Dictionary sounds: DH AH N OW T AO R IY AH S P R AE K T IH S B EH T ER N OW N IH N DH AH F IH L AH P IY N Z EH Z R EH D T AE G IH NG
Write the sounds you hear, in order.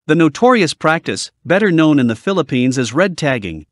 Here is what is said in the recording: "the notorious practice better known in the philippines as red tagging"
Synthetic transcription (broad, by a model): DH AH N OW T AO R IY AH S P R AE K T IH S B EH T ER N OW N IH N DH AH F IH L AH P IY N Z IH Z R EH D T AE G IH NG